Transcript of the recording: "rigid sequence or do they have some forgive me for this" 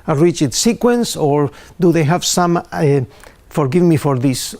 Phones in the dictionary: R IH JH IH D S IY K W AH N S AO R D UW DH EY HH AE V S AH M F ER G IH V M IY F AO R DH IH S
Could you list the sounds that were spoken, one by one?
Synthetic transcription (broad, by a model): R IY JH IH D S IY K W AH N S AO R D UW DH EY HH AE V S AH M F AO G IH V M IY F AO R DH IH S